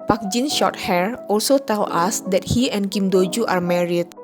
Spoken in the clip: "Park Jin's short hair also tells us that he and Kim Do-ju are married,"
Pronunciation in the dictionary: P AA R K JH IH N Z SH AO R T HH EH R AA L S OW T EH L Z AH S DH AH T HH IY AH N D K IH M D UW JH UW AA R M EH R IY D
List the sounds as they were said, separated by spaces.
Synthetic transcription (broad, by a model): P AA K JH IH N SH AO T HH EH R AA L S OW T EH L AA S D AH T HH IY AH N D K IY M D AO JH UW AA R M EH R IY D